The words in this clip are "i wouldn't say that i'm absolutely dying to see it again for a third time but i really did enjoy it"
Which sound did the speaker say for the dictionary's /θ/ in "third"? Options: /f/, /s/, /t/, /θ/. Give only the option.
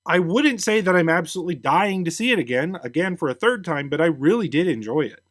/θ/